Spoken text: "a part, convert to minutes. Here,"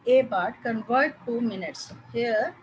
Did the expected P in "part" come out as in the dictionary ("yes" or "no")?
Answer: no